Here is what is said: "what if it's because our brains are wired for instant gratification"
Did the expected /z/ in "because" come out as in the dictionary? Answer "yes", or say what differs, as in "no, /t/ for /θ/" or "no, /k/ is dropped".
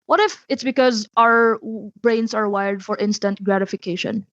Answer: yes